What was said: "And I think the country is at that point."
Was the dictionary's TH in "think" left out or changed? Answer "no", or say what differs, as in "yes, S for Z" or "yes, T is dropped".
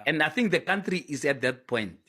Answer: no